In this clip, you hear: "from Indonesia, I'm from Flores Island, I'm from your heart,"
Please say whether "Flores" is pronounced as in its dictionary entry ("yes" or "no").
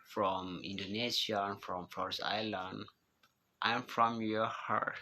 no